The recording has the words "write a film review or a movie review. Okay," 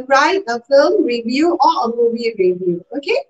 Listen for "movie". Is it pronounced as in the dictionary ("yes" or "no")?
no